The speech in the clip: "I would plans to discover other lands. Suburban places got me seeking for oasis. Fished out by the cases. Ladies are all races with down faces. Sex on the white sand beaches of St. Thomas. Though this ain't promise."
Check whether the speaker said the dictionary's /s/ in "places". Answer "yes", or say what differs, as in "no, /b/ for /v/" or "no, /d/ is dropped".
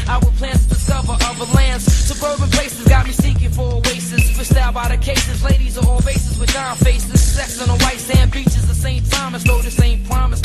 yes